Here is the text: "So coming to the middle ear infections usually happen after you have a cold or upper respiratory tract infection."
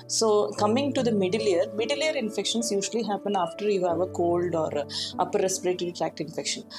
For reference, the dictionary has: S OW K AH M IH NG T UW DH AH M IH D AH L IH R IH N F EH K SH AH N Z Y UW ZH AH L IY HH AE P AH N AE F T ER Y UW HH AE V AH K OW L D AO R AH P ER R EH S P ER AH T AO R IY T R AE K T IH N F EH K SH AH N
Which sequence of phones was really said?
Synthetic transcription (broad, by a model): S OW K AH M IH NG T UW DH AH M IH D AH L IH R IH N F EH K SH AH N S Y UW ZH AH L IY HH AE P AH N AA F T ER Y UW HH AE V AH K OW L D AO R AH P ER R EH S P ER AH T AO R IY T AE K T IH N F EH K SH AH N